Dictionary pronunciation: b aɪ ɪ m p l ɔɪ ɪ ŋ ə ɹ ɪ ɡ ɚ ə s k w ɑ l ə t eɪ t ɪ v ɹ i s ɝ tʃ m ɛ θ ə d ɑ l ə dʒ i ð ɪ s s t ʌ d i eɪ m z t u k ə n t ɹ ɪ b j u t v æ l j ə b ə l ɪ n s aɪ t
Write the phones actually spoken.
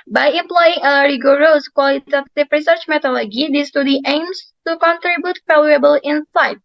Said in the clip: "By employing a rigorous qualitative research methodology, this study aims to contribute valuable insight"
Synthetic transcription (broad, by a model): b aɪ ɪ m p l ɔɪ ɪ ŋ ə ɹ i ɡ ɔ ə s k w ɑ l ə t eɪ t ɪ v ɹ i s ɝ tʃ m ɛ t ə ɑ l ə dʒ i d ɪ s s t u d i eɪ m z t u k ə n t ɹ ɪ b j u t f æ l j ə b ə l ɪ n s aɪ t